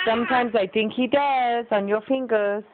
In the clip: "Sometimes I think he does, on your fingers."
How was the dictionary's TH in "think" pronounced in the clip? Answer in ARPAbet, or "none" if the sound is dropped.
T